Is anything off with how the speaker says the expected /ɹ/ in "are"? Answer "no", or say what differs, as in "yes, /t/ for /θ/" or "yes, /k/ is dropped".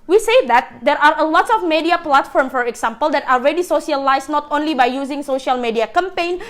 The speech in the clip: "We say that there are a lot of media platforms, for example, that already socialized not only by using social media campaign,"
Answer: no